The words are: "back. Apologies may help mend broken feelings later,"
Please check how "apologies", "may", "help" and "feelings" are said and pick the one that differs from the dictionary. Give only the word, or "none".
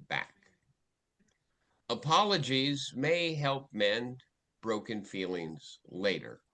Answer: none